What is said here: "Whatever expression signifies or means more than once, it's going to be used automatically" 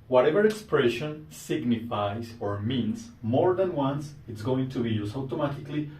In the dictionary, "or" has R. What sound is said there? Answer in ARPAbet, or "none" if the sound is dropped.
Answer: R